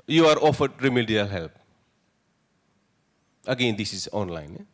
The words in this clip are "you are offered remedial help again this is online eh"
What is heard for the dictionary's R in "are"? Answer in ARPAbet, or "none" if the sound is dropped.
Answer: R